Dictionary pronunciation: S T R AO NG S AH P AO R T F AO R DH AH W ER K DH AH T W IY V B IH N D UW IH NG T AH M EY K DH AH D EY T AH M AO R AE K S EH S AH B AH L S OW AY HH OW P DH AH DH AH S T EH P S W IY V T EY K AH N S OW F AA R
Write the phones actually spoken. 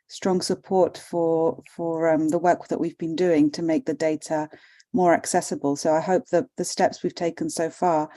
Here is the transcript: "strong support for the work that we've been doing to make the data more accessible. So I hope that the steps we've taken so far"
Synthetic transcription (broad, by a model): S T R AO NG S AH P AO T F F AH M DH AH W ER K DH AH T W IY V B IH N D UW IH NG T AH M EY K DH AH D EY T AH M AO R AE K S EH S AH B AH L S OW AY HH OW P DH AH DH AH S T EH P S W IY V T EY K AH N S OW F AA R